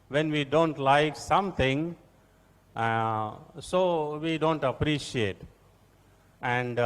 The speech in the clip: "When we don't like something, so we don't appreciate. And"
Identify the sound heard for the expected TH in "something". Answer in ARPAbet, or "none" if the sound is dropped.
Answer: T